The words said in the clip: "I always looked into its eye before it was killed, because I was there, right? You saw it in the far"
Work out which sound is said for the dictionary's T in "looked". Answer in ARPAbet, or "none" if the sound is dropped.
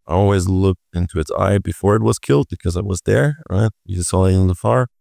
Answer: T